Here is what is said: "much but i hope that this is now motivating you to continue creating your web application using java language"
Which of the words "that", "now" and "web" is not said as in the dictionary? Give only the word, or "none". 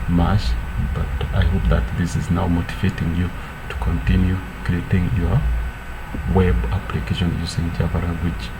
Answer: none